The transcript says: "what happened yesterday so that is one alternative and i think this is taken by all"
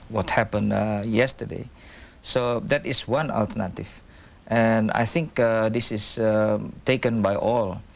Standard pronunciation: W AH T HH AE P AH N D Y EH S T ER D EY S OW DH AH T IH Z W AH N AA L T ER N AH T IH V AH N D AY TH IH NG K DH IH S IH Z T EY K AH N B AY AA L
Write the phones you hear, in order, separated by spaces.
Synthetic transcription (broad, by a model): W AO T HH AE P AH N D Y EH S T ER D EY S OW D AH T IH S W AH N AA L T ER N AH T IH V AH N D AY TH IH NG K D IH S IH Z T EY K AH N B AY AA L